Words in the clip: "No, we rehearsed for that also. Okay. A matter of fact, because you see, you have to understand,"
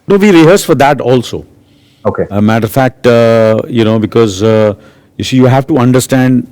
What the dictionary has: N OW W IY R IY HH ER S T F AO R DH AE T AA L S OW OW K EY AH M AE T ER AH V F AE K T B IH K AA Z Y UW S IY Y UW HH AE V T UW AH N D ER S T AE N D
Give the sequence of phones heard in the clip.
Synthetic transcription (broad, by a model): N OW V IY R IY HH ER S F AO R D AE T AA L S OW OW K EY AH M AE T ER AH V F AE K T B IH K AA Z Y UW S IY Y UW HH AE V T UW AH N D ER S T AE N D